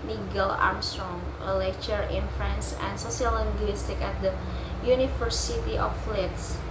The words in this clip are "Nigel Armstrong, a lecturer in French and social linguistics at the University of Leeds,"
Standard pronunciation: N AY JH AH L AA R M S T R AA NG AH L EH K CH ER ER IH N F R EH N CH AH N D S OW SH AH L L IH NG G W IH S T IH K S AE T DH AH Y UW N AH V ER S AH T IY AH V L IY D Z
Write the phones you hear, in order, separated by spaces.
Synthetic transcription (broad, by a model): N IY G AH L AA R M S T R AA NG AH L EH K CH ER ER IH N F R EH N S AH N D S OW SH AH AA L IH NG G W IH S T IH K AE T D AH Y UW N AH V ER S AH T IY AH F L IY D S